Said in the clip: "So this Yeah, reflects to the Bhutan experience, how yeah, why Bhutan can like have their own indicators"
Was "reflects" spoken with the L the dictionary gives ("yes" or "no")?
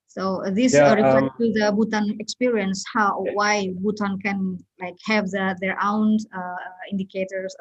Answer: no